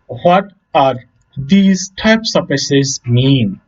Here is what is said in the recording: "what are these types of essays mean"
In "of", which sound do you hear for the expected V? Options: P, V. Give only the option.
P